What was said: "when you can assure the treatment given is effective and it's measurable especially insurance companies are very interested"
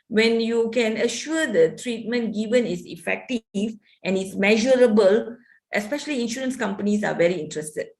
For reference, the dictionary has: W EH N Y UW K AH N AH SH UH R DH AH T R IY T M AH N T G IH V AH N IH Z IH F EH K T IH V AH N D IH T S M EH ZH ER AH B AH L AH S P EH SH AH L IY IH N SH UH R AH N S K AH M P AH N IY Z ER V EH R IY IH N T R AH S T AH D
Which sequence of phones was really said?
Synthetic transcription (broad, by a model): W EH N Y UW K AH N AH SH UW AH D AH T R IY T M AH N T G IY V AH N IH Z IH F EH K T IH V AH N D IH T S M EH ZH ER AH B AH L AH S P EH SH AH L IY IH N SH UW R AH N S K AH M P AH N IY S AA V EH R IY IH N T R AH S T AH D